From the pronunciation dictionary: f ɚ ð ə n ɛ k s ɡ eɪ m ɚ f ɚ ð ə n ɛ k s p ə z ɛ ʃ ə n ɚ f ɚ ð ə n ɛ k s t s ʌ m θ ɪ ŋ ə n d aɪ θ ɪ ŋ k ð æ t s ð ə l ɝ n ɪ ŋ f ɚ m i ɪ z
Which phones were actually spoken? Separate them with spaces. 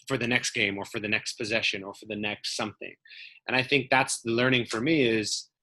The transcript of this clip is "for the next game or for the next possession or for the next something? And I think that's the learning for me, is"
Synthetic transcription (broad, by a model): f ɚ ð ə n ɛ k s ɡ eɪ m ɚ f ɚ ð ə n ɛ k s p ə z ɛ ʃ ə n ɚ f ɚ ð ə n ɛ k s t s ʌ m θ ɪ ŋ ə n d aɪ θ ɪ ŋ k ð æ t s ð ə l ɝ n ɪ ŋ f ɚ m i ɪ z